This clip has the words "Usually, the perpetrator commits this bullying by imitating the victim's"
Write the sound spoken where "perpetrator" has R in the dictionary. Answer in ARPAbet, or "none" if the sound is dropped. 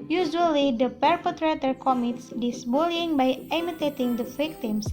R